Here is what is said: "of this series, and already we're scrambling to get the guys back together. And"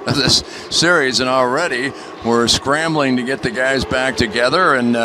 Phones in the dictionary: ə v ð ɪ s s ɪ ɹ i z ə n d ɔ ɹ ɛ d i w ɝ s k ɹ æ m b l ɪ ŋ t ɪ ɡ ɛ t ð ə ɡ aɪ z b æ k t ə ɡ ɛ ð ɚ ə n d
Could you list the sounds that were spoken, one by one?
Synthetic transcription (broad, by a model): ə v ð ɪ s s ɪ ɹ i z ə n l ɹ ɛ d i w ɝ s k ɹ æ m b l ɪ ŋ t ɪ ɡ ɛ t ð ə ɡ aɪ z b æ k t ə ɡ ɛ ð ɚ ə n